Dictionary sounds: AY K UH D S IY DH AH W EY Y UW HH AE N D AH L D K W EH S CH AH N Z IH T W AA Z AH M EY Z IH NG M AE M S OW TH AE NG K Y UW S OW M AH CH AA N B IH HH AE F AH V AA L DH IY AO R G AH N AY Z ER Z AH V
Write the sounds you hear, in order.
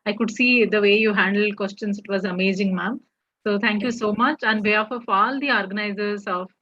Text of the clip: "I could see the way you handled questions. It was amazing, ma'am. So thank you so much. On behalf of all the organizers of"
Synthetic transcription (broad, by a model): AY K UH D S IY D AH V EY Y UW HH AE N D AH L D K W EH S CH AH N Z IH T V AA Z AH M EY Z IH NG M AE M S OW T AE NG K Y UW S OW M AH CH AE N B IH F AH F AA L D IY AO R G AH N AY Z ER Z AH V